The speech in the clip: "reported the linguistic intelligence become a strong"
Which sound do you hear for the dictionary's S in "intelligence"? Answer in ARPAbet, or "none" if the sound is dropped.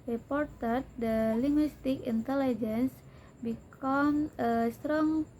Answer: S